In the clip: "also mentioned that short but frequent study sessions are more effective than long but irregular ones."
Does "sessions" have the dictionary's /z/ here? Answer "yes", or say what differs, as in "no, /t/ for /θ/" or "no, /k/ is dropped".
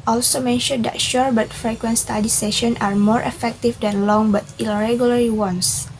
no, /z/ is dropped